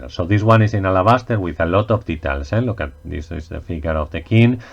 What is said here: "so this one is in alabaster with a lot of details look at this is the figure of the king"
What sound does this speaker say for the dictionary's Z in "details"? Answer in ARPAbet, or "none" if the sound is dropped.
S